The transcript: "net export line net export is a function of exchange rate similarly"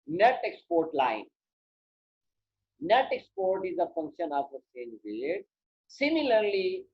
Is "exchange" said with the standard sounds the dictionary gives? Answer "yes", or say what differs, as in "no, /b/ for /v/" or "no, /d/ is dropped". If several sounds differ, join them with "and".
no, /k/ is dropped and /tʃ/ is dropped